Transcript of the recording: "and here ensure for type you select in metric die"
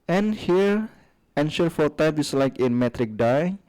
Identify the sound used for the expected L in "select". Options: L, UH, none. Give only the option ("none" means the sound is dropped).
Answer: none